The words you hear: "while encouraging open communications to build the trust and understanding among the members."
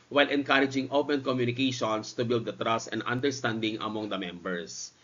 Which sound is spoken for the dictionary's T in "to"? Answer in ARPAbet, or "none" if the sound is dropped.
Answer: T